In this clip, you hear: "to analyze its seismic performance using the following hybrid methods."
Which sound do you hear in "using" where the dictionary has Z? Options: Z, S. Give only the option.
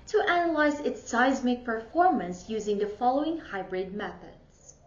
Z